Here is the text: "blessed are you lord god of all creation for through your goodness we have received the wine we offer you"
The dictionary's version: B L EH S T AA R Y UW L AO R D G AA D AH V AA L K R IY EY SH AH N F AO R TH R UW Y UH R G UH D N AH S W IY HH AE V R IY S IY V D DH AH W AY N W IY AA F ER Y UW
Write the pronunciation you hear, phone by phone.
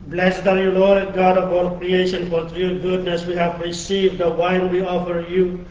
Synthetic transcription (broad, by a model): B L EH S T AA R Y UW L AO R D G AA D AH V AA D K R IY EY SH AH N F AO R T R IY G UH D N AH S W IY HH AE V R IY S IY V D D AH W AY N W IY AA F ER Y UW